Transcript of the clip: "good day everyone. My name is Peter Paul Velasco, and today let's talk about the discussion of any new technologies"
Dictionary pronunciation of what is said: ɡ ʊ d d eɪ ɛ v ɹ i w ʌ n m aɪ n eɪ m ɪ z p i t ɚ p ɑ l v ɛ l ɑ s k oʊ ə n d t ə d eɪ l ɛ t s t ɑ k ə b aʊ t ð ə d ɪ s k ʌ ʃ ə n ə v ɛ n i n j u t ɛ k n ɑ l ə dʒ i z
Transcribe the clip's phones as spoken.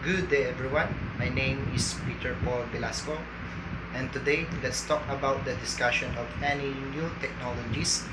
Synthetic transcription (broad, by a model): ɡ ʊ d d eɪ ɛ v ɹ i w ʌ n m aɪ n eɪ m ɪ s p i t ɚ p ɑ l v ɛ l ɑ s k oʊ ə n t ə d eɪ l ɛ t s t ɑ k ə b aʊ t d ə d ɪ s k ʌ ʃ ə n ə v ɛ n i n j u t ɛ k n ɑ l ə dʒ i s